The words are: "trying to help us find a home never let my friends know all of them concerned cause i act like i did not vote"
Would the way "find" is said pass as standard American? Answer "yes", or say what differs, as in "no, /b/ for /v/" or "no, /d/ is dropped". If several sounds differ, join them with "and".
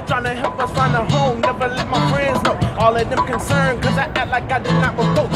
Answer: no, /d/ is dropped